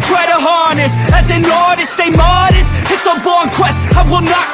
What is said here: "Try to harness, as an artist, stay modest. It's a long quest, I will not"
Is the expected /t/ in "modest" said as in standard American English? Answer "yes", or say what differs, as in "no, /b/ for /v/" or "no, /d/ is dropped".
no, /t/ is dropped